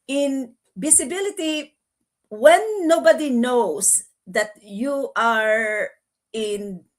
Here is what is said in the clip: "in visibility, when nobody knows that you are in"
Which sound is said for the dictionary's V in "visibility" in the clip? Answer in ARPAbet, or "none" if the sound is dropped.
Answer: B